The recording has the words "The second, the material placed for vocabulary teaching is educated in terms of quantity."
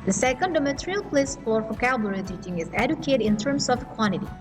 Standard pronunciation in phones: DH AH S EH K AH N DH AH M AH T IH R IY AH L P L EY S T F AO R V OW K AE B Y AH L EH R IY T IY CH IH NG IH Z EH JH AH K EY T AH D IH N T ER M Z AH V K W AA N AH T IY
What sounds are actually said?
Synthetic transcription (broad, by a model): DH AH S EH K AH N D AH M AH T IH R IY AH L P L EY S F AO R P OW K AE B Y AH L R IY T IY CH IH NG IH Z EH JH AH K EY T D IH N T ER M S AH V K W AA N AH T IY